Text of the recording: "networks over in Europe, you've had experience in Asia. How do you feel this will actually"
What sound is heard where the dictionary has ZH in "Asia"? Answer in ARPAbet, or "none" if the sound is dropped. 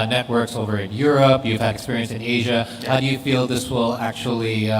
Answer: ZH